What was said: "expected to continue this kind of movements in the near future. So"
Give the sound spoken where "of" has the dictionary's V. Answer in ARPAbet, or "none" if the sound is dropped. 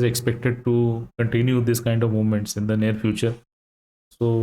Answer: V